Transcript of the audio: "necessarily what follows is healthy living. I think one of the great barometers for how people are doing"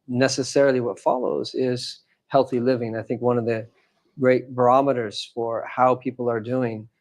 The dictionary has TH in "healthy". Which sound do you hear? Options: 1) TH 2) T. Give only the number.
1